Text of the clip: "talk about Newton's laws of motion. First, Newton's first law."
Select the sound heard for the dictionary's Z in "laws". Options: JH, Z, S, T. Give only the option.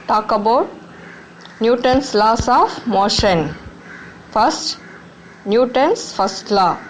S